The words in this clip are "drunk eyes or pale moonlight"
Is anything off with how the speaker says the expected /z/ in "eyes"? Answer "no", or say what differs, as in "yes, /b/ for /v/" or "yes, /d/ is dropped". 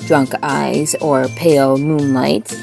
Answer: no